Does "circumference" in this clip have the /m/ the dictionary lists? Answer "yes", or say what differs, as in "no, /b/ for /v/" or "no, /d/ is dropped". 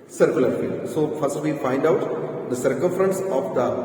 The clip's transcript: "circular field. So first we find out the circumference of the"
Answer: yes